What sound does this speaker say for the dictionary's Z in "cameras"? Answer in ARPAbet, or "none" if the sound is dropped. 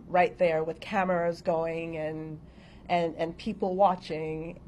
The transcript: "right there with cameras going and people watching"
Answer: Z